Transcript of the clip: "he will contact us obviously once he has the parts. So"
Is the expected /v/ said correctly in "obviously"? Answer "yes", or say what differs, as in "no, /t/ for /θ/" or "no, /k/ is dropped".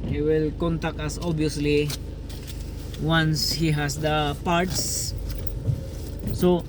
no, /v/ is dropped